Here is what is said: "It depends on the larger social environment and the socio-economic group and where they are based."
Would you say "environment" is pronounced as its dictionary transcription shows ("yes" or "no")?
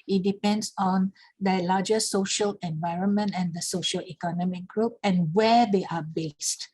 yes